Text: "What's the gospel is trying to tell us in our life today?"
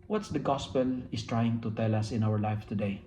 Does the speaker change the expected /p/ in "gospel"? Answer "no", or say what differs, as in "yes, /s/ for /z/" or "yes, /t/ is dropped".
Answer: no